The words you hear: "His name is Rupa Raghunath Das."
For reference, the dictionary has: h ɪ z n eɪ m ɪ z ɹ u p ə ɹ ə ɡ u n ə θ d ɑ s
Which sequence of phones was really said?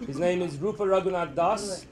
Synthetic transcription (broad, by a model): h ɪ z n eɪ m ɪ z ɹ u f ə ɹ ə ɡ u n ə t d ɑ s